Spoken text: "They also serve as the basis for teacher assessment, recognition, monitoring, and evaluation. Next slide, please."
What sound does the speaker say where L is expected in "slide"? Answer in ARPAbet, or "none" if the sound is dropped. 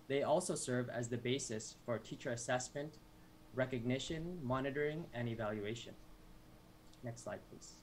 L